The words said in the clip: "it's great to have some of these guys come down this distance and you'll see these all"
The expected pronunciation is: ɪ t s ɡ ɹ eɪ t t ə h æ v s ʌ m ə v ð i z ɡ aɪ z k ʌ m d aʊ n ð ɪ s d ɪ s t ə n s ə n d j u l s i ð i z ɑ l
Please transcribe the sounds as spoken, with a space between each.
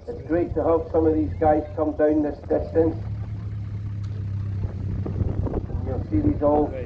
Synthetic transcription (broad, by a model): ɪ t s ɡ ɹ eɪ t t ə h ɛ p s ʌ m ə v ð i z ɡ aɪ z k ʌ m d aʊ n ð ɪ s d ɪ s t ə n s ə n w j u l s i ð i z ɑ l